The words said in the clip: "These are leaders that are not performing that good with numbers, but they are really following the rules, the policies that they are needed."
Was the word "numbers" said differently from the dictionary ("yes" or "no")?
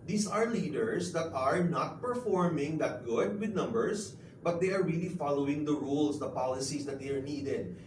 yes